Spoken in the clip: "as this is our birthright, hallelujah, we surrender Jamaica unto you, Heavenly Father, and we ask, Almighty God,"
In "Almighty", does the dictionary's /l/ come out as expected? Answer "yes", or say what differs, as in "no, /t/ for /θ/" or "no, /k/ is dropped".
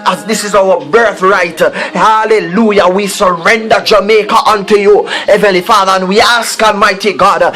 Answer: yes